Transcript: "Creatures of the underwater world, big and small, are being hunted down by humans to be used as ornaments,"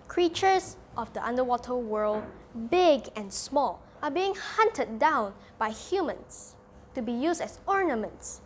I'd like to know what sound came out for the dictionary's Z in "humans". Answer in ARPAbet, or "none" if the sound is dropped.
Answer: S